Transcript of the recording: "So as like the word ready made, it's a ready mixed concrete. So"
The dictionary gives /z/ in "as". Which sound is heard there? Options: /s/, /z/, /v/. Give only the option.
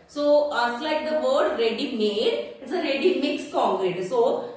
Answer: /s/